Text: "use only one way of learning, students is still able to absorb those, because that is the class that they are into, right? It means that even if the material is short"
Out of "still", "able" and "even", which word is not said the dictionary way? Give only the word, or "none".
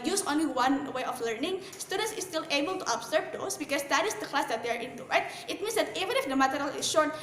none